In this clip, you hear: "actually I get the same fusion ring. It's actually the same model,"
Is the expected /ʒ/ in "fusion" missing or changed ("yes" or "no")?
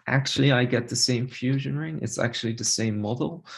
no